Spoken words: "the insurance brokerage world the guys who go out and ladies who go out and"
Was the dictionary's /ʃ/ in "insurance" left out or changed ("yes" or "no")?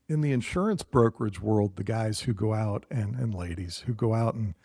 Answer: no